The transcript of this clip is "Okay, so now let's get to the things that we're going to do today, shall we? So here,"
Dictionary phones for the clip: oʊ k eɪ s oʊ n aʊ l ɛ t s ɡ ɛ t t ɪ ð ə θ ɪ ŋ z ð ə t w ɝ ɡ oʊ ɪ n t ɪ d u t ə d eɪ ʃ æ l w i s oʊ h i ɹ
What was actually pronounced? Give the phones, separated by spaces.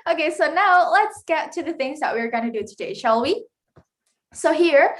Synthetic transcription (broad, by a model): oʊ k eɪ s oʊ n aʊ l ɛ t s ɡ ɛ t t ɪ ð ə θ ɪ ŋ z ð ə t w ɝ ɡ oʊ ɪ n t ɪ d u t ə d eɪ ʃ æ l w i s oʊ h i ɹ